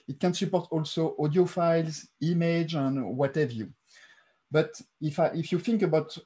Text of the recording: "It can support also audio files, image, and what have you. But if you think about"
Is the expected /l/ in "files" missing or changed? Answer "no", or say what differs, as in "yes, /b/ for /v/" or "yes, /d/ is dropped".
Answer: no